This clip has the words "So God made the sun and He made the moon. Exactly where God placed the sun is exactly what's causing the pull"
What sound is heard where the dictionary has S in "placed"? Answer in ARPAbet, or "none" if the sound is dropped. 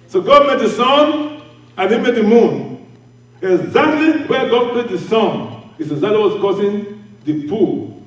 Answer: none